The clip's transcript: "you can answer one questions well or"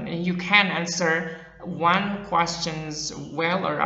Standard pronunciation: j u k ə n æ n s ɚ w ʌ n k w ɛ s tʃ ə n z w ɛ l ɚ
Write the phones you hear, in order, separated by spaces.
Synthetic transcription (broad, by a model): j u k ə n æ n s ɚ w ʌ n k w ɛ s tʃ ə n z w ɛ l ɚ